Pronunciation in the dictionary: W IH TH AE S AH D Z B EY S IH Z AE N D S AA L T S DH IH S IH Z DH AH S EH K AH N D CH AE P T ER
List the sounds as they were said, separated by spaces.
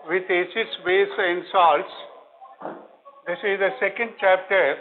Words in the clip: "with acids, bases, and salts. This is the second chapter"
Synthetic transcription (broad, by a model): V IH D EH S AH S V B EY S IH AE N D S AA L T S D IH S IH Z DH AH S EH K AH N D CH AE P T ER